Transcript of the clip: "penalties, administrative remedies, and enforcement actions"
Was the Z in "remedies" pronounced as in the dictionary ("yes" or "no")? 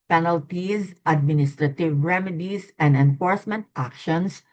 no